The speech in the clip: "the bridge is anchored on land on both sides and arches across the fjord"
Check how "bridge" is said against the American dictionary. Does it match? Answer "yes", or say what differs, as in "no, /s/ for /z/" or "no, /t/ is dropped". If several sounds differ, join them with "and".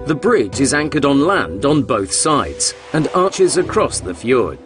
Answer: yes